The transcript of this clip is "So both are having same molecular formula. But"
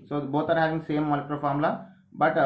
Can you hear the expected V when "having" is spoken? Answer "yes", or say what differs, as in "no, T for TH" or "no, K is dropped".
yes